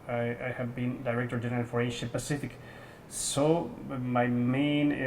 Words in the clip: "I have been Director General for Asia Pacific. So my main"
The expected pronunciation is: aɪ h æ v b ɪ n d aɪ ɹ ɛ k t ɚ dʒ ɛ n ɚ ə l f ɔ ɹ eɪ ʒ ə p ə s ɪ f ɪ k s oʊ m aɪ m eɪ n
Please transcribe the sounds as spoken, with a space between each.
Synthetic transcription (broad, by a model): aɪ h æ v b ɪ n d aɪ ɹ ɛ k t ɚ dʒ ɛ n ɚ ə l f ɔ ɹ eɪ ʃ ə p ə s ɪ f ɪ k s oʊ m aɪ m eɪ n